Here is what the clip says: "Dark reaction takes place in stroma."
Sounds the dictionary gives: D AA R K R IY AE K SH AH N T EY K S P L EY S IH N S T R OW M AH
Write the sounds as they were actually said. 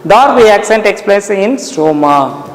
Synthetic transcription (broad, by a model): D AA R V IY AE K S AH N T EY K S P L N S IH N S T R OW M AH